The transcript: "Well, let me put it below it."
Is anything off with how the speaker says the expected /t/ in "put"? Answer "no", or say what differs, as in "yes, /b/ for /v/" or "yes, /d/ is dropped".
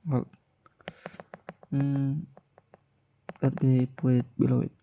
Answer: yes, /t/ is dropped